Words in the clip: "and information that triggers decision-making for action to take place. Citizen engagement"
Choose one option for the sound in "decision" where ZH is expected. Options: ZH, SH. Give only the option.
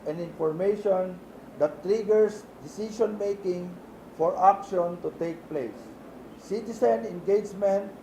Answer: SH